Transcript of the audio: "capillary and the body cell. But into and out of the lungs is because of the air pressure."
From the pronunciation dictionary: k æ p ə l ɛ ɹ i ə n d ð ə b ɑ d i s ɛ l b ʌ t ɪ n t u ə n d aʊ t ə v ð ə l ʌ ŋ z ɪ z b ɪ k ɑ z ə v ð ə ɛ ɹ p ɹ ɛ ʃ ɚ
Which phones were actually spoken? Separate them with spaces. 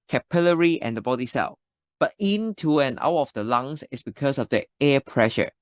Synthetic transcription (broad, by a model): k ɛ p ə l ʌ ɹ i ə n d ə b ɑ d i s ɛ l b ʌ t ɪ n t u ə n aʊ t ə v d ə l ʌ ŋ s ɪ s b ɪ k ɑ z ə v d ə ɛ p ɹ ɛ ʃ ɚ